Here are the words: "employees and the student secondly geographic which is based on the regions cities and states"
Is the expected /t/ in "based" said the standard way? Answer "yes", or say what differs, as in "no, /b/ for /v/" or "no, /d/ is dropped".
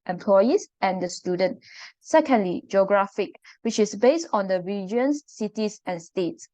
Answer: yes